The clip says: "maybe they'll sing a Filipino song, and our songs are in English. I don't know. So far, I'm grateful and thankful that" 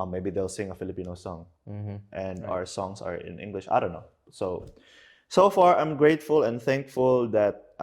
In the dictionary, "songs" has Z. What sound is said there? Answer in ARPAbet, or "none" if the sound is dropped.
S